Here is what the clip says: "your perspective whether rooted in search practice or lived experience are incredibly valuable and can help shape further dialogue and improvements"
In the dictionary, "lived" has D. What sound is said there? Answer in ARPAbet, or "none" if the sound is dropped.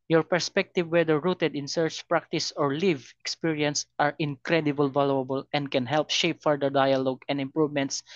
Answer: none